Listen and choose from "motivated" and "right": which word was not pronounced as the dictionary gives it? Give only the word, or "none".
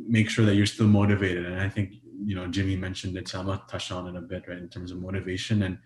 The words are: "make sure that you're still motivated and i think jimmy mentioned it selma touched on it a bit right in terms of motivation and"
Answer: right